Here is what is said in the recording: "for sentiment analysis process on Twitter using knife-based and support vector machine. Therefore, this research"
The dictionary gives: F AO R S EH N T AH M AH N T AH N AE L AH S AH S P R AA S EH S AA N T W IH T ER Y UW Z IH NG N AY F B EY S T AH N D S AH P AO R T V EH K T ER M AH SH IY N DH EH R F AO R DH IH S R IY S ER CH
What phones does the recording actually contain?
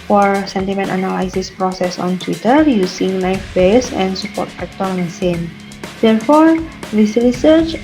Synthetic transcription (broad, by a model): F AO R S EH N T AH M AH N T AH N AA L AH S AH S P R AA S EH S AA N T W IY T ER Y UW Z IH NG L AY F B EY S AH N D S AH P AO R T F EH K T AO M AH S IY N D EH R F AO R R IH S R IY S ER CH